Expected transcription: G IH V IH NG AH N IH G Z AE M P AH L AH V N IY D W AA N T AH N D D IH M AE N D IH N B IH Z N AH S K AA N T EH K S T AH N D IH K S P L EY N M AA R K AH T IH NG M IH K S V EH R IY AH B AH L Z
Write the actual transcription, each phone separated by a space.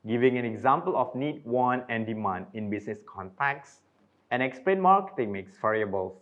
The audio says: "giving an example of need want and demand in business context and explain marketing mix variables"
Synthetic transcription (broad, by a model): G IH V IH NG AH N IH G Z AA M P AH L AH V N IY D W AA N AH N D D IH M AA N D IH N B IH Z N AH S K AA N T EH K S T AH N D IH K S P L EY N M AA R K AH T IH NG M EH K S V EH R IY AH B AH L